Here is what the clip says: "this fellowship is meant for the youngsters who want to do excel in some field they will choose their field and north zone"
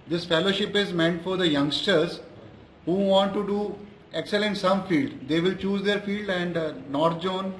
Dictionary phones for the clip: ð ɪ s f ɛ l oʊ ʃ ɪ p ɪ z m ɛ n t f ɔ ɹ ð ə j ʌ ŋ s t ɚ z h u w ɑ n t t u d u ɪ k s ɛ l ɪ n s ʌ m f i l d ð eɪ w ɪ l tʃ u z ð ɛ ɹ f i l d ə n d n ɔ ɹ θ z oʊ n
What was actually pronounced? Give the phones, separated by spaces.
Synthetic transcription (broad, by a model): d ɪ s f ɛ l oʊ ʃ ɪ p ɪ z m ɛ n t f ɔ ɹ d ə j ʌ ŋ s t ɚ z h u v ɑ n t t u d u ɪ k s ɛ l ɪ n s ʌ m f i l d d eɪ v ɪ l tʃ u z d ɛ ɹ f i l d ə n d n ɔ ɹ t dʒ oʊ n